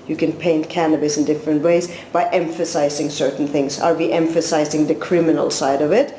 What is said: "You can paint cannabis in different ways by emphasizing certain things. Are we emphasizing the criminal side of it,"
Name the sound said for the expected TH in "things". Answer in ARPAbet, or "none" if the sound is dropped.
TH